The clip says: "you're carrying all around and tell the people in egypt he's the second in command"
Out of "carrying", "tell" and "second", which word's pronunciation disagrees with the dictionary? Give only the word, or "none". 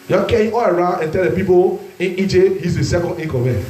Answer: carrying